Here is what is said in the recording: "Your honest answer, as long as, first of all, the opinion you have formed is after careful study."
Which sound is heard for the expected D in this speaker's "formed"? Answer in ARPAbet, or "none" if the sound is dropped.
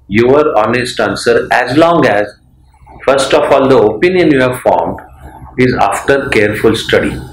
D